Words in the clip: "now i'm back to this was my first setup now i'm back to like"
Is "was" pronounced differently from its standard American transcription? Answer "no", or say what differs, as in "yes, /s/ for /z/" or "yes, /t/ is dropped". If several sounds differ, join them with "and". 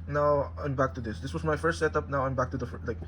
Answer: yes, /s/ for /z/